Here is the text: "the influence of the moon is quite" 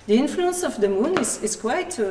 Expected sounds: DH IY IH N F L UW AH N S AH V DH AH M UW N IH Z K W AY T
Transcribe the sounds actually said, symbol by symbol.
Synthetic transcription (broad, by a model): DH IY IH N F L UW AH N S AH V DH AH M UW N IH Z K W AY T